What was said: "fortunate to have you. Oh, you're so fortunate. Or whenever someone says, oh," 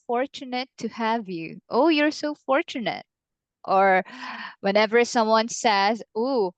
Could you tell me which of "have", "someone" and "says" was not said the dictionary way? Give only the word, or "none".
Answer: none